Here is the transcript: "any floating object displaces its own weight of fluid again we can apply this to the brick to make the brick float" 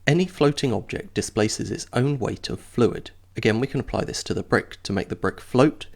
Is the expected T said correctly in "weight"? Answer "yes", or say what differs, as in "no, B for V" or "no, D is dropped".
yes